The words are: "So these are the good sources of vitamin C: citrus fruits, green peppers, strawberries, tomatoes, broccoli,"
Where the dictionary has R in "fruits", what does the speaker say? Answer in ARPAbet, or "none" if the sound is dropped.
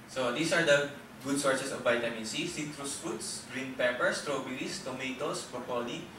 none